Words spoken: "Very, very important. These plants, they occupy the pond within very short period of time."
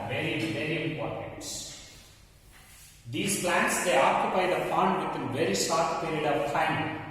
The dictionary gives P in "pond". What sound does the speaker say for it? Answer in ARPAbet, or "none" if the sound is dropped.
F